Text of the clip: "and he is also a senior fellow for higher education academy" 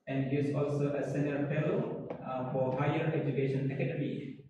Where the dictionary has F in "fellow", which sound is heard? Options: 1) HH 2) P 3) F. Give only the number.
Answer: 2